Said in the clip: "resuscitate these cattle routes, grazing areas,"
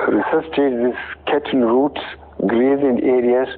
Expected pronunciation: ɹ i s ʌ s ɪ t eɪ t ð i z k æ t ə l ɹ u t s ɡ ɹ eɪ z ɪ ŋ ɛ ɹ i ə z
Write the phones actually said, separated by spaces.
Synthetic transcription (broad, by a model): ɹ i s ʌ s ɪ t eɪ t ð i s k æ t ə n ɹ u t s ɡ ɹ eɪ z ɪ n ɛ ɹ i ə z